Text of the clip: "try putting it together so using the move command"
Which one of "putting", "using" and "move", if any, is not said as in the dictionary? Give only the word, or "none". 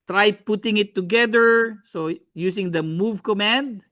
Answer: using